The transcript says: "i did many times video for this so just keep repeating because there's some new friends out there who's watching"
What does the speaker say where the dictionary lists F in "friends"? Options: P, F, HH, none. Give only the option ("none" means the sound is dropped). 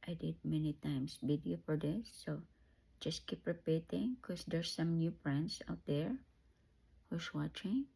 P